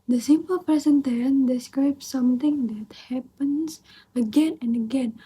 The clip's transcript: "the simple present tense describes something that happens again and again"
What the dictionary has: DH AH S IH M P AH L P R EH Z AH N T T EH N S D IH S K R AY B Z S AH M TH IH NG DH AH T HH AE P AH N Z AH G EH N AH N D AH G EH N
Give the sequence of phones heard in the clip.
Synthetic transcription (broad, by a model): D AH S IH M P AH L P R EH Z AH N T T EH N D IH S K R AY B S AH M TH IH NG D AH T HH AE P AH N S AH G EH N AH N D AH G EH N